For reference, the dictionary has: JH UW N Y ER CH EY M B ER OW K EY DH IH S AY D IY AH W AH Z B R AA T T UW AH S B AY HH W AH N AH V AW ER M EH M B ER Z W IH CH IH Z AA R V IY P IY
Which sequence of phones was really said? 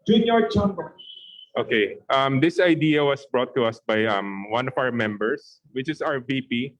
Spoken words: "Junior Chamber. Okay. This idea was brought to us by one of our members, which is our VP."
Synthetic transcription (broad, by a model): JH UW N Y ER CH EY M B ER OW K EY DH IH S AY D IY AH W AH S B R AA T T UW AH S B AY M W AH N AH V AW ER M EH M B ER S W IH CH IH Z AA R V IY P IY